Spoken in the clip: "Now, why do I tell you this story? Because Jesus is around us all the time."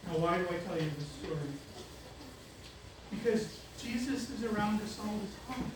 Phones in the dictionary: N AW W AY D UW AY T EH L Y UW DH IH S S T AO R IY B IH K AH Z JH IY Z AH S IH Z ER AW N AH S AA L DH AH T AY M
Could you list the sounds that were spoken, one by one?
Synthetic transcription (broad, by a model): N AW W AY D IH AY T EH L Y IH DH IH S S T AO R IY B IH K AH Z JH IY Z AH S IH Z ER AW N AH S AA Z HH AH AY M